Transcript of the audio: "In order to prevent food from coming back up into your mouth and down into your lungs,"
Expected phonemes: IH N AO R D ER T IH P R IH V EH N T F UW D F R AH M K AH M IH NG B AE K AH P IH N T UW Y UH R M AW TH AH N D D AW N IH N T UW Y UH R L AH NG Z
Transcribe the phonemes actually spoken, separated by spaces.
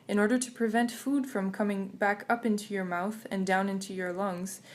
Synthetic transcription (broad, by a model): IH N AO R D ER T IH P R IH V EH N T F UW D F R AH M K AH M IH NG B AE K AH P IH N T UW Y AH R M AW TH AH N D D AW N IH N T UW Y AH R L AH NG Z